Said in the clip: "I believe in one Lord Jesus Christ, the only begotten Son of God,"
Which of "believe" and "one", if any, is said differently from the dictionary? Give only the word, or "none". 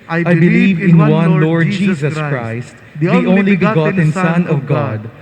none